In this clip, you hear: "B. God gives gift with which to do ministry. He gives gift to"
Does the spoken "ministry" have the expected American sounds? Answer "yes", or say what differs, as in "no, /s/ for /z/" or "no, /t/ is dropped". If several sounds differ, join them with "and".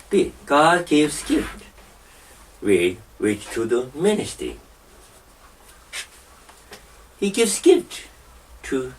no, /ɹ/ is dropped